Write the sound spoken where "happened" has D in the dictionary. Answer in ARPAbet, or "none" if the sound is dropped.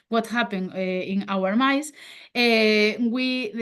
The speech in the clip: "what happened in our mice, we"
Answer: none